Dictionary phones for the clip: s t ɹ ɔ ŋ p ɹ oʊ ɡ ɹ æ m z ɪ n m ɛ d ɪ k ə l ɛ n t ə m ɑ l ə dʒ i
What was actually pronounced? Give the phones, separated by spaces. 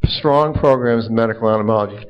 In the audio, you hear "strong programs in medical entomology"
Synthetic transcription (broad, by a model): s t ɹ ɔ ŋ p ɹ oʊ ɡ ɹ æ m z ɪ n m ɛ d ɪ k l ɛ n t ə m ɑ l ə dʒ i